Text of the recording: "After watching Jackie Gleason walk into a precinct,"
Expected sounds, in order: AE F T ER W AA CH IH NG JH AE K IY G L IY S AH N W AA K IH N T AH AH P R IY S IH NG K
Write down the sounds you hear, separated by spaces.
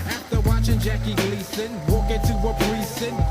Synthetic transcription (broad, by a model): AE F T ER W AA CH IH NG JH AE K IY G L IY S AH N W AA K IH T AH AH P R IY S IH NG